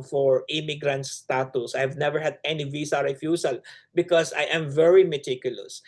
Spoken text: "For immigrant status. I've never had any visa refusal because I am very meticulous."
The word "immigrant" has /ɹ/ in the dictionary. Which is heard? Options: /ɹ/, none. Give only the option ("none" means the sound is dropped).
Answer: /ɹ/